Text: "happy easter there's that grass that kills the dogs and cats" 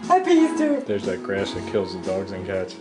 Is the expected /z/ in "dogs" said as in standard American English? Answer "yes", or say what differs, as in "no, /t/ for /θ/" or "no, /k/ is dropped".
yes